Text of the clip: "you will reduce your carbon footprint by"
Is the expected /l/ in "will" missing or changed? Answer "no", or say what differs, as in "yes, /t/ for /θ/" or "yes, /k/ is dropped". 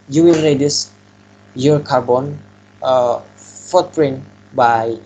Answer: yes, /n/ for /l/